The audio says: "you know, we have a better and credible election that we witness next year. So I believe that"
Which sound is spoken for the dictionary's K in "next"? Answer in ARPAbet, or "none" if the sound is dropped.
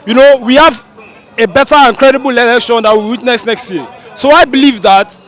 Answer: K